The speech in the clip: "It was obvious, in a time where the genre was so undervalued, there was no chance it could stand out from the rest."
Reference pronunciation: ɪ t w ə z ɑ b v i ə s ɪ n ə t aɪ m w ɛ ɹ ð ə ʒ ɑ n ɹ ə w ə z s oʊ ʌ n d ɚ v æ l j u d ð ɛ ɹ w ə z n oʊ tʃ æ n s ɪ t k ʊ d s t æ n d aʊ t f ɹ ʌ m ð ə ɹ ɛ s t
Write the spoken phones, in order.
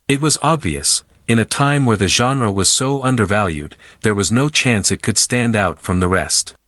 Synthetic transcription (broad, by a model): ɪ t w ə z ɑ b v i ə s ɪ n ə t aɪ m w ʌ ɹ ð ə ʒ ɑ n ɹ ə w ə z s oʊ ʌ n d ɚ v æ l j u d ð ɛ ɹ w ə z n oʊ tʃ æ n s ɪ t k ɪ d s t æ n d aʊ t f ɹ ʌ m ð ə ɹ ɛ s t